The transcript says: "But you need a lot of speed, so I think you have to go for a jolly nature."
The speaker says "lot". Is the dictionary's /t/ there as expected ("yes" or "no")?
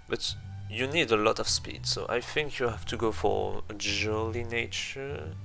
yes